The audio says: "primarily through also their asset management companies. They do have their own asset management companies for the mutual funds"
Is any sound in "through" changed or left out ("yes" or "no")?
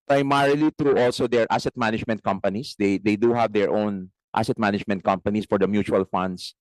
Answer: yes